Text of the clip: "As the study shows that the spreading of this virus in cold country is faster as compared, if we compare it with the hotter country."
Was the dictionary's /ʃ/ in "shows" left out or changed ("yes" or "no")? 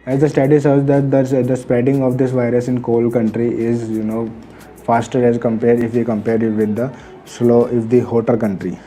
yes